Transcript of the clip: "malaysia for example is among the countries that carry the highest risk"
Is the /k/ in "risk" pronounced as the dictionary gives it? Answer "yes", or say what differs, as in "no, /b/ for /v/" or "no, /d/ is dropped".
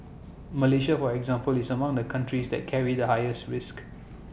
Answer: yes